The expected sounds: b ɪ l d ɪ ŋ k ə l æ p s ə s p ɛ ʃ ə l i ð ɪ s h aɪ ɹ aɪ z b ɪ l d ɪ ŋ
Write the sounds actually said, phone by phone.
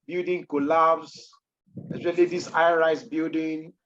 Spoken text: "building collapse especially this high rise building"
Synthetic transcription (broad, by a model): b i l d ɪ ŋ k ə l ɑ b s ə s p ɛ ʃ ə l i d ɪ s aɪ ɹ aɪ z b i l d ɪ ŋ